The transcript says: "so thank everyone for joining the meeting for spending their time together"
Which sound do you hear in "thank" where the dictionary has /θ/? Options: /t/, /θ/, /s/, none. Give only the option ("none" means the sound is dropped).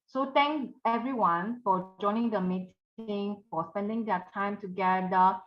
/t/